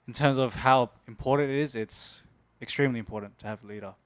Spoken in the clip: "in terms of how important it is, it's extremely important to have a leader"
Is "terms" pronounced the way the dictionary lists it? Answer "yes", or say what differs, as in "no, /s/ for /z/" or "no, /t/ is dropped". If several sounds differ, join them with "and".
yes